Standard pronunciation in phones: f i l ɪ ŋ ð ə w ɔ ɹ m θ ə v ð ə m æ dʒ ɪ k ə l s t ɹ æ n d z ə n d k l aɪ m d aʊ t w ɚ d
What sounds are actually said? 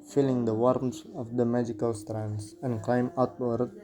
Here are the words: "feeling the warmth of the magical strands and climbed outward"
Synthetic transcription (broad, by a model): f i l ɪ ŋ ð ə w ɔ ɹ m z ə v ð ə m æ dʒ ɪ k ə l s t ɹ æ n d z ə n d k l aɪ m aʊ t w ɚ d